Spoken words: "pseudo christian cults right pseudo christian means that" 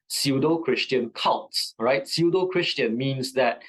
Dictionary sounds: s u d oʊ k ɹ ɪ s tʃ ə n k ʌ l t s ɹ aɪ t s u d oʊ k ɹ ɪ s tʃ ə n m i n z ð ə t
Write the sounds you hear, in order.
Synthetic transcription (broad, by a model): s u d oʊ k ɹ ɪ s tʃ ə n k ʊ n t s ɹ aɪ t s u d oʊ k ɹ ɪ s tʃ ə n m i n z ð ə t